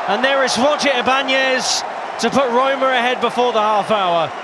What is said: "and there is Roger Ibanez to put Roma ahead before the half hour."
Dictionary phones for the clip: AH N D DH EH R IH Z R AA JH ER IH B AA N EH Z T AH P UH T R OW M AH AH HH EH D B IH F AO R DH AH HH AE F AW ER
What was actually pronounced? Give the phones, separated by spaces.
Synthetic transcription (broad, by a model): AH N DH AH R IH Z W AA CH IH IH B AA N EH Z T AH P UH T R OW M AH AH HH EH D B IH F AO DH AH HH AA F AW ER